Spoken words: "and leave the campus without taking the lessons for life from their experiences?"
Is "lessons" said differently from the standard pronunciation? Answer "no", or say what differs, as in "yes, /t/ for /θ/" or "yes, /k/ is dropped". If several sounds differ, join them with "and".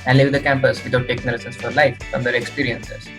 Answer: yes, /s/ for /z/